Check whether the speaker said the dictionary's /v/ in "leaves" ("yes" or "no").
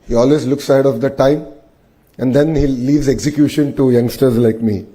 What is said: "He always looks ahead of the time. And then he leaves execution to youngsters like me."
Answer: yes